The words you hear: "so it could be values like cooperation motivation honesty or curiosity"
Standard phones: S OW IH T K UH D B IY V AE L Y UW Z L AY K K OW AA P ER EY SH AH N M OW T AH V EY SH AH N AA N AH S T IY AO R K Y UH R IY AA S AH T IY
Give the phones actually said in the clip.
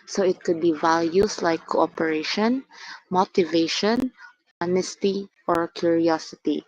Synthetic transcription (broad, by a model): S OW IH T K UH D B IY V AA L Y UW S L AY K K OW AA P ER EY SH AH N M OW T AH V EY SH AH N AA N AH S T IY AO R K Y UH R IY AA S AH T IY